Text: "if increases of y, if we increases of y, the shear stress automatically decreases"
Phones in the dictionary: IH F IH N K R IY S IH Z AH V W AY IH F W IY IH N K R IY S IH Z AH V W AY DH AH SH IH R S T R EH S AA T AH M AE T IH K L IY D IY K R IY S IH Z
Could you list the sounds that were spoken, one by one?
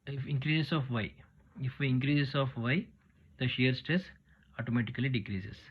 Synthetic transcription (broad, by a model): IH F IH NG K R IY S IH S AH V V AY IH F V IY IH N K R IY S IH S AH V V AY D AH SH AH R S T R EH S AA T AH M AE T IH K L IY D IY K R IY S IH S